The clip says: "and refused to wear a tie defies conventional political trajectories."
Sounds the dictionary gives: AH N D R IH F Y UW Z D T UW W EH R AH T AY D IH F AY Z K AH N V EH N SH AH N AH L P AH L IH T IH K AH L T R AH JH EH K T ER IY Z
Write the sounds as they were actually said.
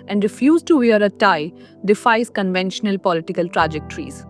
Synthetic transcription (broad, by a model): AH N D R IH F Y UW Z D T UW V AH R AH T AY D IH F AY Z K AH N V EH N SH AH N AH L P AH L IH T IH K AH L T R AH JH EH K T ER IY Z